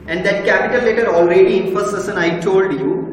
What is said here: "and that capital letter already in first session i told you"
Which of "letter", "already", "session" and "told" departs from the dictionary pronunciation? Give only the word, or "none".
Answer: session